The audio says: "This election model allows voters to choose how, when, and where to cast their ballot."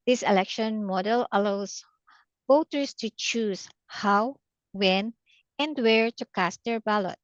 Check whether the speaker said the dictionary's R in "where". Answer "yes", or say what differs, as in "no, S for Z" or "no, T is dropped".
yes